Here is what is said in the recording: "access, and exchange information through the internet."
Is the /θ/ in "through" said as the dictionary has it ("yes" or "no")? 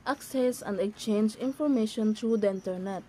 no